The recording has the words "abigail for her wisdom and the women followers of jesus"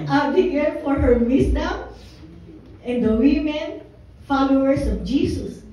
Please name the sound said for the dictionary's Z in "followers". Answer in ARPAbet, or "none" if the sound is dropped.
S